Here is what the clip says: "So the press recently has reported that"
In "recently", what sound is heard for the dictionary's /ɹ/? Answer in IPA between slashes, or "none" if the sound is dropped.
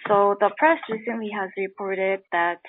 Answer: /ɹ/